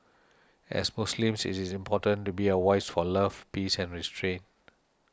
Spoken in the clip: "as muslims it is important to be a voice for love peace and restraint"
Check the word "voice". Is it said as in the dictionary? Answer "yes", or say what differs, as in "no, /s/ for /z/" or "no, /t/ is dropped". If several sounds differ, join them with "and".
no, /w/ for /v/